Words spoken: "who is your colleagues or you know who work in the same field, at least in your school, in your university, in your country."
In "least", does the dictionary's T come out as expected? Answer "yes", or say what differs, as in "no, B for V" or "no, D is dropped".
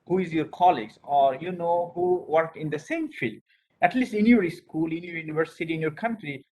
yes